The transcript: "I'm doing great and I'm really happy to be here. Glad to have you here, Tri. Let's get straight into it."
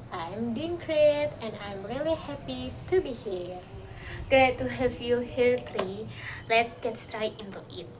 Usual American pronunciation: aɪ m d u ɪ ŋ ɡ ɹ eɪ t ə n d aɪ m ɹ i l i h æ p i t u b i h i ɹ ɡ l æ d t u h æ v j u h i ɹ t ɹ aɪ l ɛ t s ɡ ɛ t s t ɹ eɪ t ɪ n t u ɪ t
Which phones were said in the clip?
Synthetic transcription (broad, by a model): aɪ m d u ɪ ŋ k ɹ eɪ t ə n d aɪ m ɹ i l i h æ p i t u b i h i ɹ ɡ ɛ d t u h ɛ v j u h i ɹ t ɹ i l ɛ t s ɡ ɛ t s t ɹ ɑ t ɪ n t u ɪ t